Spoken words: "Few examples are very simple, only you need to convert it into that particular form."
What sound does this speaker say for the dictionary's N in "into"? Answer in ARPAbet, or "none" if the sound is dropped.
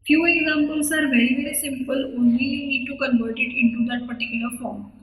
N